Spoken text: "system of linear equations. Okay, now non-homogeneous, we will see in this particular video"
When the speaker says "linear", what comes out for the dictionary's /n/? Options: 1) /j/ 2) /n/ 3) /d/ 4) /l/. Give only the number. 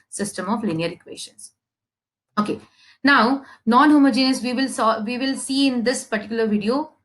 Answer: 2